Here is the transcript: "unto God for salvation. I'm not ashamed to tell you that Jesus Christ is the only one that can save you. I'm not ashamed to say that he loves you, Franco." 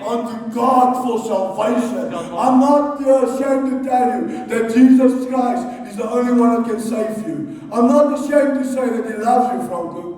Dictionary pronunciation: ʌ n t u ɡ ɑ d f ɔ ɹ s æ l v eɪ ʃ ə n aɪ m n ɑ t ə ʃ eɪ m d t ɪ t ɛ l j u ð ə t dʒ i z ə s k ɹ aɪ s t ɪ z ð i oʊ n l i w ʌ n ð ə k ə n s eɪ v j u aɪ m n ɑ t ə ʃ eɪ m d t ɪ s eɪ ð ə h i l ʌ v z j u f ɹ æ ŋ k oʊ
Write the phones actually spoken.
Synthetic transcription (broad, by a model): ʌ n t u ɡ ɑ d f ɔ l s æ l v eɪ ʃ ə n aɪ m n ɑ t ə ʃ eɪ m t ɪ t ɛ l j u ð ə t dʒ i z ə s k ɹ aɪ s t ɪ z ð i oʊ n l i w ʌ n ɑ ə k ə n s eɪ v j u aɪ m n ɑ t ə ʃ eɪ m t ɪ s eɪ ð ə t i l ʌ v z j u f ɹ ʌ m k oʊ